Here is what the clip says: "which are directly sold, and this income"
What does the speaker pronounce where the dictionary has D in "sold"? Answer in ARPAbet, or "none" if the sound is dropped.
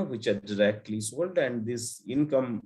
D